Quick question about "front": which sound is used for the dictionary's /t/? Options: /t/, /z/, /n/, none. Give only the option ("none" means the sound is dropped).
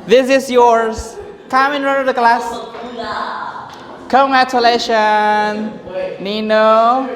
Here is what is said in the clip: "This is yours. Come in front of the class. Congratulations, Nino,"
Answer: none